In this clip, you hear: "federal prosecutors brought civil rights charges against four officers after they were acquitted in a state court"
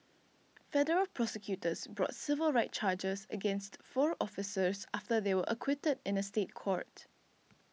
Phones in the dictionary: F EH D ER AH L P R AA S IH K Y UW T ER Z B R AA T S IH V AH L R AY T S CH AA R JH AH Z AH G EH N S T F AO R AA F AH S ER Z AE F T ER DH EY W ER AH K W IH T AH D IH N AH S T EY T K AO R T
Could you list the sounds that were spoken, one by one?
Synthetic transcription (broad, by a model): F EH D ER AH L P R AA S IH K Y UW T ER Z B R AA T S IH V AH L R AY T CH AA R JH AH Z AH G EH N S T F AO R AA F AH S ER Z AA F T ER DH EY W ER AH K W IH T AH D IH N AH S T EY T K AO R T